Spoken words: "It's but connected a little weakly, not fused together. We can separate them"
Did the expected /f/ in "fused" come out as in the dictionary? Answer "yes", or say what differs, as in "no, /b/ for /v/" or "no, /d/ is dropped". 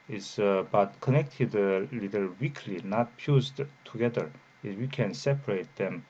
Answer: no, /p/ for /f/